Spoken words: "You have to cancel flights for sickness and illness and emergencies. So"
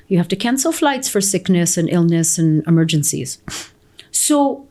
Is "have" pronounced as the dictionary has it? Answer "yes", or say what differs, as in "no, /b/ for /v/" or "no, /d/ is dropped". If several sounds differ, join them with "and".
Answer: no, /f/ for /v/